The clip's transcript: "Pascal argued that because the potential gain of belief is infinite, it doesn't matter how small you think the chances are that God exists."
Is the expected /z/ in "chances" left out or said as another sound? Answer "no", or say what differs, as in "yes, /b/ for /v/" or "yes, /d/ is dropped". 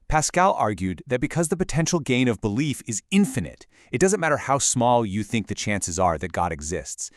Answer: no